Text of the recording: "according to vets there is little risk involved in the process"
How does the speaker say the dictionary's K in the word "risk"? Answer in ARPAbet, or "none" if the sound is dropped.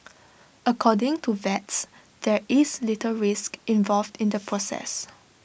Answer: K